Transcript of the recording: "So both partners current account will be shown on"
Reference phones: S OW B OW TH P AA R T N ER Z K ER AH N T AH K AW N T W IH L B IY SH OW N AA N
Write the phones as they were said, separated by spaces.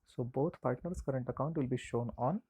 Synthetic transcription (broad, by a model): S OW B OW T P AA R T N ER S K ER AH N T AH K AW N T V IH L B IY SH OW N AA N